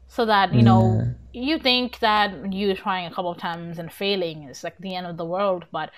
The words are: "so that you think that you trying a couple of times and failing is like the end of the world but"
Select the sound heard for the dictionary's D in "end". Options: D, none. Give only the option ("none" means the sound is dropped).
D